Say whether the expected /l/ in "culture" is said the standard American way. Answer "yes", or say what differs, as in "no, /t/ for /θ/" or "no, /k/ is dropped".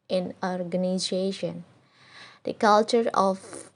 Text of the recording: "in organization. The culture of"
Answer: yes